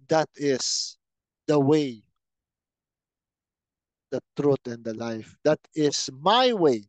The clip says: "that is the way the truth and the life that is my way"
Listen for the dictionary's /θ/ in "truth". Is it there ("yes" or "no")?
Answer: no